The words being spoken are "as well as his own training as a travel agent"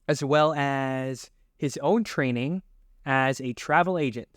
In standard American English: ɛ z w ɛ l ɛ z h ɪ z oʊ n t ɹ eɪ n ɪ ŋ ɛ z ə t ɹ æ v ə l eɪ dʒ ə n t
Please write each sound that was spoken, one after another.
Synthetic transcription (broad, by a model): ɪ z w ɛ l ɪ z h ɪ z oʊ n t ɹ eɪ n ɪ ŋ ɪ z ə t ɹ æ v l eɪ dʒ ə n t